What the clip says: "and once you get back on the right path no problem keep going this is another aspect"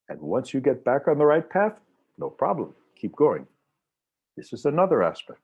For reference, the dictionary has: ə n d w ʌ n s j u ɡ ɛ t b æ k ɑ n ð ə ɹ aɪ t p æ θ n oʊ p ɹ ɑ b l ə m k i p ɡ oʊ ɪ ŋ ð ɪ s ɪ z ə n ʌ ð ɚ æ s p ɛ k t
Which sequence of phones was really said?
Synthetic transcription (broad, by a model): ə n w ʌ n s j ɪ ɡ ɛ t b æ k n ð ə ɹ aɪ t p æ θ n oʊ p ɹ ɑ b l ə m k i p ɡ oʊ ɪ ŋ ð ɪ s ɪ z ə n ʌ ð ɚ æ s p ɛ k t